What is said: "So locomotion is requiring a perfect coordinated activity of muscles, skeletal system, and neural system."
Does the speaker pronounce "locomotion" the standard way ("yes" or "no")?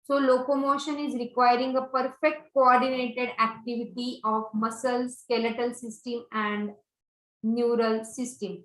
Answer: yes